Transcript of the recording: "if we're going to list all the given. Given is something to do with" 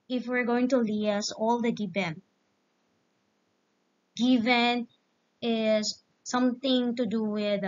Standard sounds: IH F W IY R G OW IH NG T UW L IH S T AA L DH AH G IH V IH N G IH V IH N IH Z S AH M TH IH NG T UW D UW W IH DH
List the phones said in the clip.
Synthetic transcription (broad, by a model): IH F W IY R G OW IH NG T UW L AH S AA L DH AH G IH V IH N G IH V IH N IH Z S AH M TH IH NG T UW D UW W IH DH